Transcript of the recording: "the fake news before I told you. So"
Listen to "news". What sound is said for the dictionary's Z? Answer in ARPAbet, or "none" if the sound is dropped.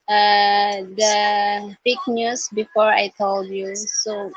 S